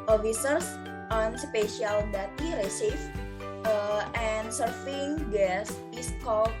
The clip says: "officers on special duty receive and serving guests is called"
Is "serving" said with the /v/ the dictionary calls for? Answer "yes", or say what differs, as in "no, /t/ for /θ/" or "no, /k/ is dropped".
no, /f/ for /v/